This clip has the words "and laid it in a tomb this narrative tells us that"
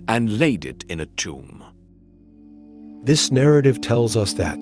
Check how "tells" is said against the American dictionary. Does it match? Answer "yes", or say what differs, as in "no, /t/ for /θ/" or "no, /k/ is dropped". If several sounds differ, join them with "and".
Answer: yes